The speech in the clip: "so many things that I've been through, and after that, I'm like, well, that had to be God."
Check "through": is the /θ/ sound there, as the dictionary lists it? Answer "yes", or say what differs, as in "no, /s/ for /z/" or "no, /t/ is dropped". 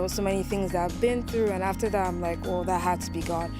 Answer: yes